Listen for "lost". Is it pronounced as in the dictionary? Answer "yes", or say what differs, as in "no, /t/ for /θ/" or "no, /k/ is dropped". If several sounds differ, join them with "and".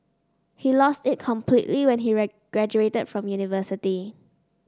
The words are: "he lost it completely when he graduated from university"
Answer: yes